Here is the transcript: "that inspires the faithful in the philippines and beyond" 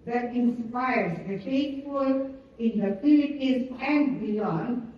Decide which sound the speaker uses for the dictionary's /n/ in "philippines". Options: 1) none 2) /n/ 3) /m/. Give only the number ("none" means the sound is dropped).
1